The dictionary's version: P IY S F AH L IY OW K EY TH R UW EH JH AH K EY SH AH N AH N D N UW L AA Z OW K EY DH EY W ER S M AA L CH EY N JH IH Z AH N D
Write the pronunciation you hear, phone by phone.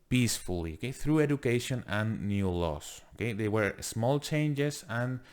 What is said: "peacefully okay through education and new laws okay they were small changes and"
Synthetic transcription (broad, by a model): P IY S F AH L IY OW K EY TH R UW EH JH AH K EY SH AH N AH N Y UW L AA S OW K EY DH EY W ER S M AA L CH EY N JH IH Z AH N